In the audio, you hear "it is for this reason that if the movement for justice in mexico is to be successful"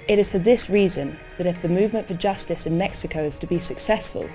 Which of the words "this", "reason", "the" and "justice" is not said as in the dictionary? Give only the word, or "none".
none